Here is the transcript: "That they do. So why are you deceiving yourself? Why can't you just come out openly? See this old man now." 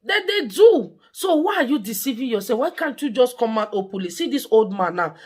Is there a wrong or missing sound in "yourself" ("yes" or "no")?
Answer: yes